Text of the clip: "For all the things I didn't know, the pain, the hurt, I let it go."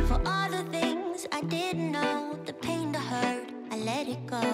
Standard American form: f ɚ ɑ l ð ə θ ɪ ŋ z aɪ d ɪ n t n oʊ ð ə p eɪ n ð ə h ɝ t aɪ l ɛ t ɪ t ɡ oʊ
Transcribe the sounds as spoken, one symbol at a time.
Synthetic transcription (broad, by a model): f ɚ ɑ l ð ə θ ɪ ŋ z aɪ d ɪ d n oʊ ð ə p eɪ n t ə h ɝ t aɪ l ɛ t ɪ t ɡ oʊ